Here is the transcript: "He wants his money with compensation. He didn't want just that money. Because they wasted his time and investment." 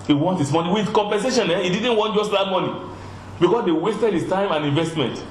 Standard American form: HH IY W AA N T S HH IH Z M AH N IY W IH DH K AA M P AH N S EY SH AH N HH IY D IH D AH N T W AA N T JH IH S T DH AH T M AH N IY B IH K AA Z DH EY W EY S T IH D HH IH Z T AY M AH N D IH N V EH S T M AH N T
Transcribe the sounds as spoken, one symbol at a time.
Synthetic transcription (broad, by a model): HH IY W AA N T HH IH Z M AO N IY W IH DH K AA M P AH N S EY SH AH N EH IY D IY D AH N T W AA N T JH IH S T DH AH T M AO N IY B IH K AA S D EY W EY S T IH D HH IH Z T AY M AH N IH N V EH S T M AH N T